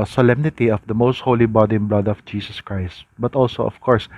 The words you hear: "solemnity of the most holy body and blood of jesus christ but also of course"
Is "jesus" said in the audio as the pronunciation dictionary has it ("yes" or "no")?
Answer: no